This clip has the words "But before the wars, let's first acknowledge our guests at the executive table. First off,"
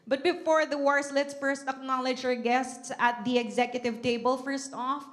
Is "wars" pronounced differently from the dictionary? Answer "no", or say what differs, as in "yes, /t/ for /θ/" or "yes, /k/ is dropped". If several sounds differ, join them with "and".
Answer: yes, /s/ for /z/